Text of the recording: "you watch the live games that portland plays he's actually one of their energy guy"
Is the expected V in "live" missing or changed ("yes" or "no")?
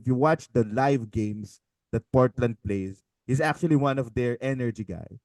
no